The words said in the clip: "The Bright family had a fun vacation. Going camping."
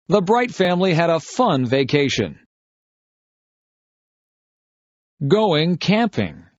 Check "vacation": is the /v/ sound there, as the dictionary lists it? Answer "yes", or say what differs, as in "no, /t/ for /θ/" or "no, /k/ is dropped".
yes